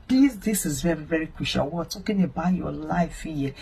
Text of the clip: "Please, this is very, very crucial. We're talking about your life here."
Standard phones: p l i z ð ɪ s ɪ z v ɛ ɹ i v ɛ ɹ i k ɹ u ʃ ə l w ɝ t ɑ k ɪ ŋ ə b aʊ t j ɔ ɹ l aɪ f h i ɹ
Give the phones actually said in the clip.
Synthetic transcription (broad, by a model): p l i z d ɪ s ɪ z v ɛ ɹ i v ɛ ɹ i k w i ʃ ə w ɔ t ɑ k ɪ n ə b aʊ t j ɔ l aɪ f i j